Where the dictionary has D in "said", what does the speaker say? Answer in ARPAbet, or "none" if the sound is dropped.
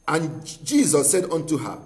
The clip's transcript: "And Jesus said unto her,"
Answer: D